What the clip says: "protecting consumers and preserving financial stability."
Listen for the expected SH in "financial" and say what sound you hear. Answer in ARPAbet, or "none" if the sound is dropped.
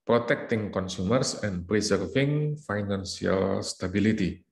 S